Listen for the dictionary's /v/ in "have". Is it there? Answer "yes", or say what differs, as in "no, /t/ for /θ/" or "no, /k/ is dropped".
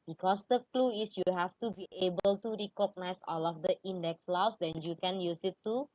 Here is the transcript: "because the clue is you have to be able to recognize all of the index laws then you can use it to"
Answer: no, /f/ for /v/